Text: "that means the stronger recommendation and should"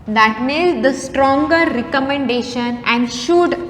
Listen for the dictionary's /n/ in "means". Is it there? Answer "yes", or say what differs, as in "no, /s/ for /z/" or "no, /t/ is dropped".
no, /n/ is dropped